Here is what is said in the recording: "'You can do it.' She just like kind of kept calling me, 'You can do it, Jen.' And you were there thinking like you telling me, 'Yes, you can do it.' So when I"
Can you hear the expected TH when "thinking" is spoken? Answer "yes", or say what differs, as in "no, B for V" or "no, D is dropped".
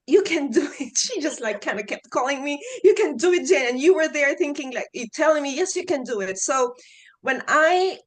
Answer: yes